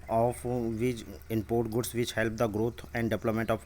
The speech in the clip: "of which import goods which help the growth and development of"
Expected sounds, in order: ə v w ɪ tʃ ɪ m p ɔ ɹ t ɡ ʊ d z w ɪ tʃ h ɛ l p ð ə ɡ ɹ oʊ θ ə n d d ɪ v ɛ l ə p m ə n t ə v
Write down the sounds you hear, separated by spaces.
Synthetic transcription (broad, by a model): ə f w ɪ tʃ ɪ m p ɔ ɹ t ɡ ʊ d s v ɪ tʃ h ɛ l p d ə ɡ ɹ oʊ t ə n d d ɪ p l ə m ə n t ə